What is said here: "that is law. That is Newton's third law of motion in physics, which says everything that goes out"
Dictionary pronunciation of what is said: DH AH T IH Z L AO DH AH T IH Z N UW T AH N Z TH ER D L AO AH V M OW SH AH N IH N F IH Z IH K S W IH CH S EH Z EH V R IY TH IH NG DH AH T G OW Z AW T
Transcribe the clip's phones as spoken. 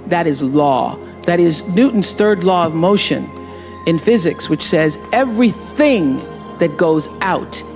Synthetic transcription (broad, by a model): DH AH T IH Z L AO DH AH T IH Z N UW T N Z TH ER D L AO AH V M OW SH AH N IH N F IH Z IH K S W IH CH S EH Z EH V R IY TH IH NG DH AH T G OW Z AW T